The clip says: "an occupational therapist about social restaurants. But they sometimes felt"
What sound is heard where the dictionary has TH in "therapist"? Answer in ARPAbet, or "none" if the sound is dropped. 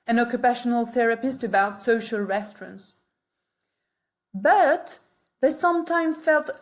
TH